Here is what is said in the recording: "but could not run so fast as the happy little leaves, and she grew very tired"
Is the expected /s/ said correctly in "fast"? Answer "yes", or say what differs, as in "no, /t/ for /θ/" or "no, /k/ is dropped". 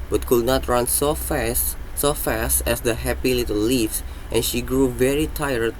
yes